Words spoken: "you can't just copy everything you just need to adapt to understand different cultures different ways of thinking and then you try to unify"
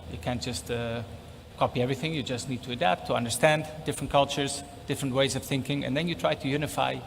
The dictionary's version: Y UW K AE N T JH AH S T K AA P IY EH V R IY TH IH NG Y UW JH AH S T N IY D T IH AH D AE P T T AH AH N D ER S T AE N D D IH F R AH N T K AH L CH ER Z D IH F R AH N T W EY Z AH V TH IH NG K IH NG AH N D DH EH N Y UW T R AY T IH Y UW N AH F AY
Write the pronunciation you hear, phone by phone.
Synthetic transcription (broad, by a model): Y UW K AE N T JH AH S T K AA P IY EH V R IY TH IH NG Y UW JH AH S T N IY D T IH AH D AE P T T AH AH N D ER S T AE N D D IH F R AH N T K AH L CH ER Z D IH F R AH N T W EY Z AH V TH IH NG K IH NG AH N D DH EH N Y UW T R AY T IH Y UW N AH F AY